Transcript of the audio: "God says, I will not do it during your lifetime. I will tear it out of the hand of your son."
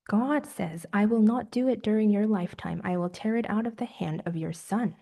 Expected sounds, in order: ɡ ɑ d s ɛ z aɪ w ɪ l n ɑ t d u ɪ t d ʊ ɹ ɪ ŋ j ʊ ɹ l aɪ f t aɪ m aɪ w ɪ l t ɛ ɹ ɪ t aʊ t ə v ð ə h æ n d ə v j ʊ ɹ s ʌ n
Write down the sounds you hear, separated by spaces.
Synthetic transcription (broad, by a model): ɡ ɑ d s ɛ z aɪ w ɪ l n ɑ t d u ɪ t d ʊ ɹ ɪ ŋ j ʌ ɹ l aɪ f t aɪ m aɪ w ɪ l t ɛ ɹ ɪ t aʊ t ə v ð ə h æ n d ə v j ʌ ɹ s ʌ n